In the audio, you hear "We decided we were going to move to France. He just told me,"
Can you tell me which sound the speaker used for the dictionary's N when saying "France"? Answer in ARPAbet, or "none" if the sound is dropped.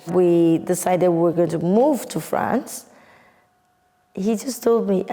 N